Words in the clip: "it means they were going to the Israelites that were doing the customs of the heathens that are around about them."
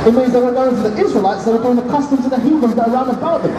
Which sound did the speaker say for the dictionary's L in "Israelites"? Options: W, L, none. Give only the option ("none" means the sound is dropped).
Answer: L